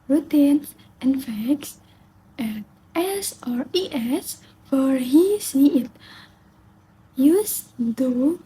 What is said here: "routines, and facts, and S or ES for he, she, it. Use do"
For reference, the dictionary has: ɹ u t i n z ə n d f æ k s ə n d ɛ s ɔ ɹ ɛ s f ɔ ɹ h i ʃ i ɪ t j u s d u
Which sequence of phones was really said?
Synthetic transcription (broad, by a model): ɹ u t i n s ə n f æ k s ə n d ɛ s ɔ ɹ ɛ s f ɔ ɹ h i s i ɪ t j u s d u